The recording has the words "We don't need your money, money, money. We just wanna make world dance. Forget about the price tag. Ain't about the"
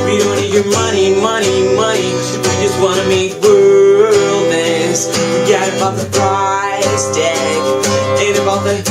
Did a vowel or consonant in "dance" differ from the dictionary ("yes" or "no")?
yes